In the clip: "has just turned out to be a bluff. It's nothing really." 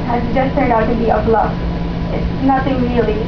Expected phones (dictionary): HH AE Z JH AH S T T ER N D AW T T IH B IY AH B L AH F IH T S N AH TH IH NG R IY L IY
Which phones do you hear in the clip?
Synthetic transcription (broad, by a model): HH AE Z JH AH S T S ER D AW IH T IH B IY AH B L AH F IH T S N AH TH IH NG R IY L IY